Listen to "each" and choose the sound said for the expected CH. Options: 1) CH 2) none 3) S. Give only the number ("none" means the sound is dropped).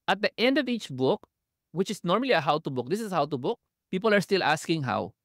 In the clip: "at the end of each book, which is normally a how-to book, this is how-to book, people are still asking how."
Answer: 1